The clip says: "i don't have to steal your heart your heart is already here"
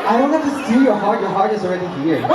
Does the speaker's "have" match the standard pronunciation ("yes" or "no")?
no